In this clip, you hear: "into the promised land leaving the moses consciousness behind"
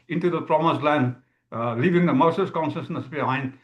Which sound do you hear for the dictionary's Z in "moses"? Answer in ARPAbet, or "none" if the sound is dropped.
S